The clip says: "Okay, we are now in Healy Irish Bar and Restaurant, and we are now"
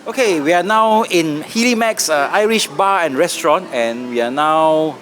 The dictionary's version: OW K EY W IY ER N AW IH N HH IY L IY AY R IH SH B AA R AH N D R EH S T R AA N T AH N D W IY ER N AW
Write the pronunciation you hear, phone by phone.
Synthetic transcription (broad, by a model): OW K EY W IY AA N AW IH N HH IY L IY AY R IH SH B AA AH N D R EH S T R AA N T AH N W IY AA N AW